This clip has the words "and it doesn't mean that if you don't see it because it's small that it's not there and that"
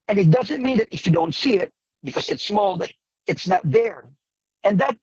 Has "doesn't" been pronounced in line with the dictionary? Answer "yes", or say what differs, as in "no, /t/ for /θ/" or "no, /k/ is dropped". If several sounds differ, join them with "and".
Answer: yes